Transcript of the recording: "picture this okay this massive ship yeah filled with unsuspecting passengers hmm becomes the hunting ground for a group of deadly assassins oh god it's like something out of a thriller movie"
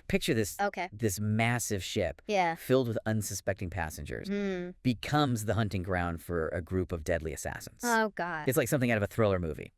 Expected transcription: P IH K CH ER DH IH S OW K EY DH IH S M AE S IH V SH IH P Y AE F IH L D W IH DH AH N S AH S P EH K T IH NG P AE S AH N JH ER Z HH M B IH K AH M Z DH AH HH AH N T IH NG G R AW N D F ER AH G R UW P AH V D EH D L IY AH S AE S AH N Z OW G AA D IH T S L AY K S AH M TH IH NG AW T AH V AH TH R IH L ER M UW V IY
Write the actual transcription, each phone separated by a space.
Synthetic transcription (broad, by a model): P IH K CH ER DH IH S OW K EY DH IH S M AE S IH V SH IH P Y AE F IH L D W IH DH AH N S AH S P EH K T IH NG P AE S AH N JH ER Z B IH K AH M Z DH AH HH AH N T IH NG G R AW N D F ER AH G R UW P AH V D EH D L IY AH S AE S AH N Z OW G AA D IH T S L AY K S AH M TH IH NG AW T AH V AH TH R IH L ER M UW V IY